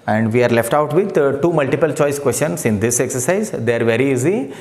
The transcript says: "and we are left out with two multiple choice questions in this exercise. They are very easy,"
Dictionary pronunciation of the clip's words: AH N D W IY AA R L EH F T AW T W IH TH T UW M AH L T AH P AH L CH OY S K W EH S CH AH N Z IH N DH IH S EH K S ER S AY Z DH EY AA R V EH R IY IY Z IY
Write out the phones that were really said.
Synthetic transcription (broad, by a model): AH N D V IY AA R L EH F T AW T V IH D T UW M AH L T AH P AH L CH OY S K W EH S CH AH N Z IH N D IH S EH K S ER S AY Z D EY AA R V EH R IY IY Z IY